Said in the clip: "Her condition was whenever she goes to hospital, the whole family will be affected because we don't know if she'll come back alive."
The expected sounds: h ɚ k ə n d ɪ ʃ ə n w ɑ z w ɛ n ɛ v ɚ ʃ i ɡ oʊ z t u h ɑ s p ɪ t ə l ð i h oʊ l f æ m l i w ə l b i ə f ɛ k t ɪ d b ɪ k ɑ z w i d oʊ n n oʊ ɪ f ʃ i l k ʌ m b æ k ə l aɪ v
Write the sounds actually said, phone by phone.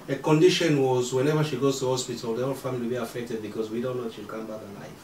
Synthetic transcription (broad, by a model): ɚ k ə n d ɪ ʃ ə n w ɑ z w ɛ n ɛ v ɚ ʃ i ɡ oʊ z t u h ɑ s p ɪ t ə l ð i h oʊ l f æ m i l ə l b i ə f ɛ k t ɪ d b ɪ k ɑ z w i d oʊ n n oʊ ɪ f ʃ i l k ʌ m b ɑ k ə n aɪ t